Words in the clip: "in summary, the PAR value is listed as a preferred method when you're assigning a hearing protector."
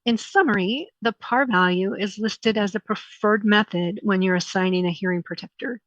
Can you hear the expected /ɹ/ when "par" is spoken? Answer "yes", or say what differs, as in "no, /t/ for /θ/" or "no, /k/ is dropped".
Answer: yes